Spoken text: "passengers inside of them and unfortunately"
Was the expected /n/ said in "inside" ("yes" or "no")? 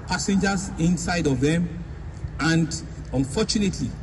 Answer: yes